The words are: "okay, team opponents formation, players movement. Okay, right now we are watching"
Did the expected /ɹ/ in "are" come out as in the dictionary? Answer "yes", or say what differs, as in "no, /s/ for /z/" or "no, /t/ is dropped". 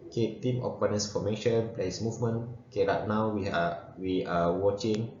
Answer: no, /w/ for /ɹ/